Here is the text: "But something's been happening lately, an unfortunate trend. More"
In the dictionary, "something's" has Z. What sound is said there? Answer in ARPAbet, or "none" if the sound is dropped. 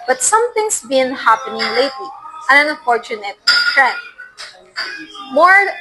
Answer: S